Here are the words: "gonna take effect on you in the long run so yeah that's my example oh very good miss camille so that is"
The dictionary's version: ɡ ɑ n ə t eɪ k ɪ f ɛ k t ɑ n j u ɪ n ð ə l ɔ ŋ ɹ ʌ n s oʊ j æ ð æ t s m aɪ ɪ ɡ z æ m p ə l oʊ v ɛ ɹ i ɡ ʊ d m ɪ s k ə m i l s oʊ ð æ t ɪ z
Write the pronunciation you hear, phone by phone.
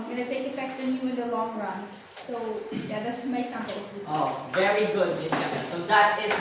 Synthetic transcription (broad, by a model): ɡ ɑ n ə t eɪ k ɪ f ɛ k t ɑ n j u ɪ n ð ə l ɔ ŋ ɹ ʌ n s oʊ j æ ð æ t s m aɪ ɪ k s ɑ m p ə oʊ v ɛ ɹ i ɡ ʊ d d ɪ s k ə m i n s oʊ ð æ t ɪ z